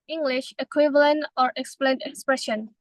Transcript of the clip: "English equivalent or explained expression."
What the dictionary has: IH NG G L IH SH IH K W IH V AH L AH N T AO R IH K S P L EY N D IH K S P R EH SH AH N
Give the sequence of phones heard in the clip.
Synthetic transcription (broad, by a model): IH NG G L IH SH IH K W IH V AH L AH N T AO R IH K S P L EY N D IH K S P R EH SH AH N